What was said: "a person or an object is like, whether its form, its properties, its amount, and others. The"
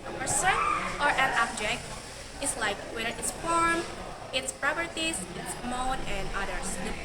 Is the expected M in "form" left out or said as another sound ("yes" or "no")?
no